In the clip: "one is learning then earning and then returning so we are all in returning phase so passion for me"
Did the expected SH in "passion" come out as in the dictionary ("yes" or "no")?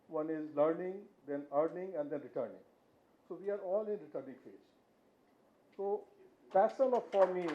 no